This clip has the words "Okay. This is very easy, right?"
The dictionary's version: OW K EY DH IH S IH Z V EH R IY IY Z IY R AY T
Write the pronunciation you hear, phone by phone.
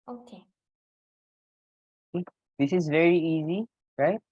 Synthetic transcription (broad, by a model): OW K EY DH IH S IH Z V EH R IY IY Z IY R AY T